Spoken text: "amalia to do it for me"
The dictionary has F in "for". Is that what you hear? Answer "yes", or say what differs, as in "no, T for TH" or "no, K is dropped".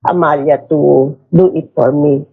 no, P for F